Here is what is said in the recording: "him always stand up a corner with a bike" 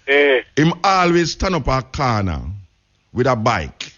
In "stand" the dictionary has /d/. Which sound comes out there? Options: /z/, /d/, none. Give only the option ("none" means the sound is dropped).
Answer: none